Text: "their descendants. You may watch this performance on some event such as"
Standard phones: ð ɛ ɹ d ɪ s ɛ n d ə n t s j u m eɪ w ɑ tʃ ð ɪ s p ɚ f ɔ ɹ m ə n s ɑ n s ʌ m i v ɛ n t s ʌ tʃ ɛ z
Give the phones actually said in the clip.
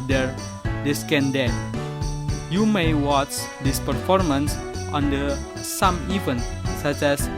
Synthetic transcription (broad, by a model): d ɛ ɹ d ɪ s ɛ n d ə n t j u m eɪ w ɑ tʃ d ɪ s p ɚ f ɔ ɹ m ə n s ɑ n s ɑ m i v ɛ n s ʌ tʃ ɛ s